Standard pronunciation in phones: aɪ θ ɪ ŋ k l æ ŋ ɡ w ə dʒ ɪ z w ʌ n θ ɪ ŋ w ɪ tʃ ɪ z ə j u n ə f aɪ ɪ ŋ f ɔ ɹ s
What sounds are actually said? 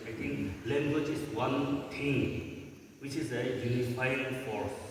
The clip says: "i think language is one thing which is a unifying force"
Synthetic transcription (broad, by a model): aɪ t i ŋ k l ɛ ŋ ɡ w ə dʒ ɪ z w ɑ n t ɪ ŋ w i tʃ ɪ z ə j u n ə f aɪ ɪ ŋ f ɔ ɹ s